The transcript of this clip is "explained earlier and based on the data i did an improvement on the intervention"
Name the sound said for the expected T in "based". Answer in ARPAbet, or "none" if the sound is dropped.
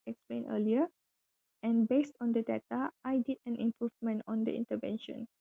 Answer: T